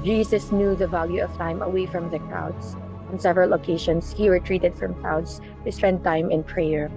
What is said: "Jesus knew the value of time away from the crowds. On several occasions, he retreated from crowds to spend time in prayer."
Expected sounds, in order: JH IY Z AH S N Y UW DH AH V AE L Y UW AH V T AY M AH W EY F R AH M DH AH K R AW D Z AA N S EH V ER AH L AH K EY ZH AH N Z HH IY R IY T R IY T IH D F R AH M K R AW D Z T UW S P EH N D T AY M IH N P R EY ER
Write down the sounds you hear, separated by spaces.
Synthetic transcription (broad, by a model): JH IY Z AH S N Y UW DH AH V AE L Y UW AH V T AY M AH W EY F R AH M DH AH K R AW D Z AA N S EH V ER AH L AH K EY SH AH N S HH IY R IY T R IY T IH D F R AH M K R AW D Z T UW S P EH N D T AY M IH N P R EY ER